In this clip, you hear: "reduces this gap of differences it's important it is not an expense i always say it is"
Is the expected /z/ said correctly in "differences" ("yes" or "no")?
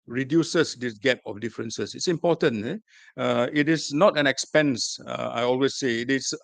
no